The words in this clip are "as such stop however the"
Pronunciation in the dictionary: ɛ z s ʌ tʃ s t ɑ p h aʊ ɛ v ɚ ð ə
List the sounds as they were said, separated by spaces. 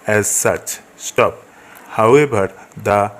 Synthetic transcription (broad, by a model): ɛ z s ʌ tʃ s t ɑ p h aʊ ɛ b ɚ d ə